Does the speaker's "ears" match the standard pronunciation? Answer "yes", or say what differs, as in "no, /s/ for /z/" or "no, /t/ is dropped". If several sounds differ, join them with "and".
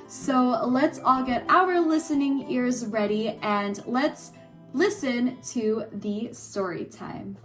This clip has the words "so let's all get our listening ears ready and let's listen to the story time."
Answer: yes